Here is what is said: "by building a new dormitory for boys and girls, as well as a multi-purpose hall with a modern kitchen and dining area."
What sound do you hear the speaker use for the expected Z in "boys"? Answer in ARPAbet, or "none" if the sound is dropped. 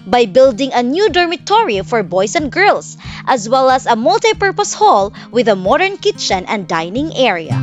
S